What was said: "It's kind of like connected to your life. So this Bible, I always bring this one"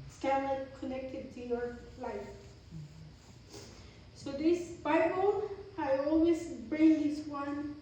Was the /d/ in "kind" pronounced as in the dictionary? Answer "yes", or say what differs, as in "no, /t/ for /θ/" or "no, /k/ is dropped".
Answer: no, /d/ is dropped